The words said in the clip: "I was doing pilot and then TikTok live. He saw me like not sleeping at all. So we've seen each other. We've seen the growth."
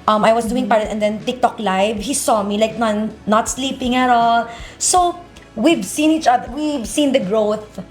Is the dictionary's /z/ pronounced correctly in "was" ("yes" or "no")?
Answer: no